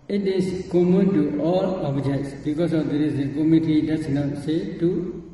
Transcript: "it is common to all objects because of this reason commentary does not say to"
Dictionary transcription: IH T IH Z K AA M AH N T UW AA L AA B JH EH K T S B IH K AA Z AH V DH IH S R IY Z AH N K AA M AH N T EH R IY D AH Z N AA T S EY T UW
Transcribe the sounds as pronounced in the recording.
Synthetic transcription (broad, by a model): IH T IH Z K AA M AH N T UW AA L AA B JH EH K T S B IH K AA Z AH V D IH R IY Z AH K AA M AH T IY D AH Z N AA T S EY T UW